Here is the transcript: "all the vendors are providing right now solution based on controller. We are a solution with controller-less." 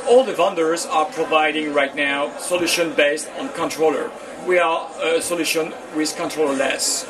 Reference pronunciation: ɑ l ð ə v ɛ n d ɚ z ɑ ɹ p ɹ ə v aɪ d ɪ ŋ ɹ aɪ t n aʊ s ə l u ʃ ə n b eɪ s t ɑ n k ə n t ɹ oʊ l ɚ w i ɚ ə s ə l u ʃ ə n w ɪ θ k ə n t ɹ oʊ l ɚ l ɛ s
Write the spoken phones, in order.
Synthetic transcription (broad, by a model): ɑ l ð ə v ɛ n d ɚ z ɑ ɹ p ɹ ə v aɪ d ɪ ŋ ɹ aɪ t n aʊ s ə l u ʃ ə n b eɪ s t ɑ n k ə n t ɹ oʊ l ɚ w i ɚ ə s ə l u ʃ ə n w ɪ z k ə n t ɹ oʊ l ɚ l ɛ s